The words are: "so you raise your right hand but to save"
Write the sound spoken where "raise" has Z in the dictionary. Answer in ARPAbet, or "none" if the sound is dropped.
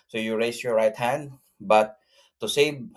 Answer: S